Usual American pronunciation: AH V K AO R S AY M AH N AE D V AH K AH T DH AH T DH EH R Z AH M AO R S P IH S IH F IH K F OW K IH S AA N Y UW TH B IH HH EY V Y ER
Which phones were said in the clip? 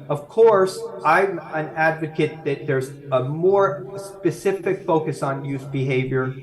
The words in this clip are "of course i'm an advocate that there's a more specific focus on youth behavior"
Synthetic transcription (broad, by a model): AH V K AO R S AY M AH N AE D V AH K AH T DH AH T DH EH R Z AH M AO R S P IH S IH F IH K F OW K IH S N Y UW S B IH HH EY V Y ER